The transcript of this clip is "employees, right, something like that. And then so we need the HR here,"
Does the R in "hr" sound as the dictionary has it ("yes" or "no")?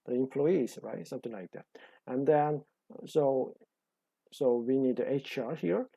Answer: yes